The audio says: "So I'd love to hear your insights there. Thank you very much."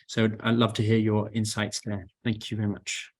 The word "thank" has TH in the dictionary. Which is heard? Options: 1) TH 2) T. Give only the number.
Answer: 1